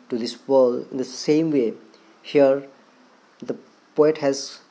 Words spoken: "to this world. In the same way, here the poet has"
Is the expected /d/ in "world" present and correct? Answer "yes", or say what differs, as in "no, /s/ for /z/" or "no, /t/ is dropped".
no, /d/ is dropped